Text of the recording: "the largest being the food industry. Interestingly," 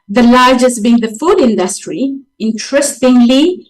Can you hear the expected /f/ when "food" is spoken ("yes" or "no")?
yes